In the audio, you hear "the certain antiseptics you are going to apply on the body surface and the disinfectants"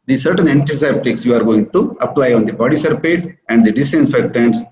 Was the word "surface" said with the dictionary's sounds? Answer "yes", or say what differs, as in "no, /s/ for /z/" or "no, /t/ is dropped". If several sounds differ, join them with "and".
no, /p/ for /f/